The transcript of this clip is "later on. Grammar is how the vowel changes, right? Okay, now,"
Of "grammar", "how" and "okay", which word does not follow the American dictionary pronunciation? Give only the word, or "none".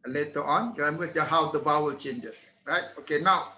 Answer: grammar